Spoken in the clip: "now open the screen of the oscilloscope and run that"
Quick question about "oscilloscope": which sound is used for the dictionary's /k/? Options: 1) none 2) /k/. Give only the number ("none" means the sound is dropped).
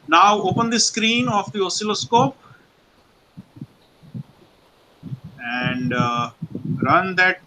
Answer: 2